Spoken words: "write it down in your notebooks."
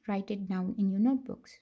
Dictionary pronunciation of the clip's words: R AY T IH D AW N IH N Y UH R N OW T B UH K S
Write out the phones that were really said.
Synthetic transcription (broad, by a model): R AY T IH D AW IH N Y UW N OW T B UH K S